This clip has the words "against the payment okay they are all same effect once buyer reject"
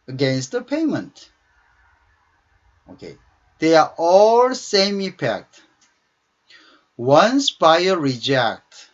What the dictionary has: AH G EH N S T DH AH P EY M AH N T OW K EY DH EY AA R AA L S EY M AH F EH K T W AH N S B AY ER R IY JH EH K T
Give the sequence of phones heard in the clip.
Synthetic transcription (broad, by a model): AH G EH N S T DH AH P EY M AH N T OW K EY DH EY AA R AA L S EY M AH P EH K T W AH N S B AY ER R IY JH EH K T